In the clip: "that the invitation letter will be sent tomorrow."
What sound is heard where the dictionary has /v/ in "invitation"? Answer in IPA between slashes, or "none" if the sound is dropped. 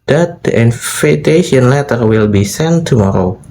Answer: /f/